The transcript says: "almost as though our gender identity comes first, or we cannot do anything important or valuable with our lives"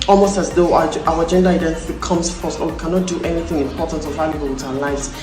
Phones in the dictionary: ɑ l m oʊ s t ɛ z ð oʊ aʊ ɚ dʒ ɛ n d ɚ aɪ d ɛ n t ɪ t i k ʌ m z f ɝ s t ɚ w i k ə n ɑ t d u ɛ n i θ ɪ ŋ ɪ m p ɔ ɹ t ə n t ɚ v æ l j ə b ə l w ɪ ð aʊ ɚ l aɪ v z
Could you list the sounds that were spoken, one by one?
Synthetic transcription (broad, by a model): ɑ l m oʊ s t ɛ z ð oʊ aʊ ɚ dʒ ɛ n d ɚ aɪ d ɛ n t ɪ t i k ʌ m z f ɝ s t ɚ w i k ə n ɑ t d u ɛ n i θ ɪ ŋ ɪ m p ɔ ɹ t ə n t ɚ v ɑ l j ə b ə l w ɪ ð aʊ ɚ l aɪ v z